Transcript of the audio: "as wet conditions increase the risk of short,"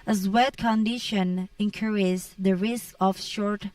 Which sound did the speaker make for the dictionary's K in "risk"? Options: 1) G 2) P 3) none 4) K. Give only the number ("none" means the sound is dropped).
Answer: 4